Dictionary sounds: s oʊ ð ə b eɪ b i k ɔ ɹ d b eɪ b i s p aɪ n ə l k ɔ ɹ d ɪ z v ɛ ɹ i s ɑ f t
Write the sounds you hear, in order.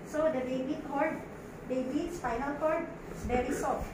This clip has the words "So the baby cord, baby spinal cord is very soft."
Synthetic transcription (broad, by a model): s oʊ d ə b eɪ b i k ɔ ɹ d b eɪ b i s f aɪ n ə l k ɔ ɹ d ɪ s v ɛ ɹ i s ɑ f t